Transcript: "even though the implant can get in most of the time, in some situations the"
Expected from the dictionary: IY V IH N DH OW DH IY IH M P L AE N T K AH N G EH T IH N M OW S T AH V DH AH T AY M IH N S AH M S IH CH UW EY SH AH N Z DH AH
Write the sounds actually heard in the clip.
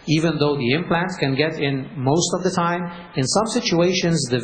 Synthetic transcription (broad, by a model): IY V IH N DH OW DH IY IH M P L AE N T K AH N G EH T IH N M OW S T AH V DH AH T AY M IH N S AH M S IH CH UW EY SH AH N Z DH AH